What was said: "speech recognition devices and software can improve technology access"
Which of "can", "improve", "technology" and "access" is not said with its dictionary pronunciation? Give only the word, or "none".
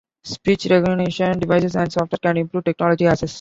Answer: access